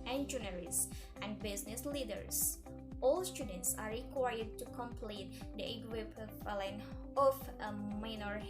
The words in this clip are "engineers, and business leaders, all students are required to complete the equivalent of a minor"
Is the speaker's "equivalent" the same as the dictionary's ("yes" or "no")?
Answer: no